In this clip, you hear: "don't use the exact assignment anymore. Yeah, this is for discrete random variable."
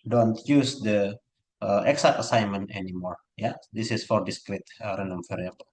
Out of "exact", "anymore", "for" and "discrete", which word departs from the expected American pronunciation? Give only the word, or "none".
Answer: exact